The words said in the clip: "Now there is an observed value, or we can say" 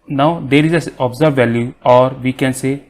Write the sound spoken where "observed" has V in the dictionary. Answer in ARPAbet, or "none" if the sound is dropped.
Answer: none